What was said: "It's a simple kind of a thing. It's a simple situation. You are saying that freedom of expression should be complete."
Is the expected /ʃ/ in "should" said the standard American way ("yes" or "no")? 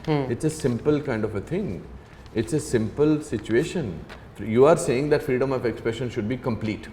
yes